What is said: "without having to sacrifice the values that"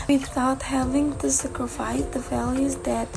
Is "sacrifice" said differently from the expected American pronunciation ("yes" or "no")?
no